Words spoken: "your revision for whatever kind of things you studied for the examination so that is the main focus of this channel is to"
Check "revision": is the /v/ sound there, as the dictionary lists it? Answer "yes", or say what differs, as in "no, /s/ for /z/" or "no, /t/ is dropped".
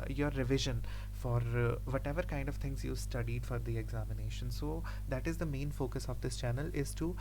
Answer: yes